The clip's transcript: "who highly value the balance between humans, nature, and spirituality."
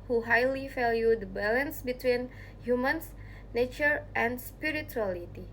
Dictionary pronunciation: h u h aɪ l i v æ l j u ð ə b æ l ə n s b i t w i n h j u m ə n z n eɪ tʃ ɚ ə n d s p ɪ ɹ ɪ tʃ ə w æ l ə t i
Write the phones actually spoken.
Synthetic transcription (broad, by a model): h u h aɪ l i f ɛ l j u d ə b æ l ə n s b i t w i n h j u m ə n s n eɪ tʃ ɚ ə n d s p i ɹ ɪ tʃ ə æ l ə t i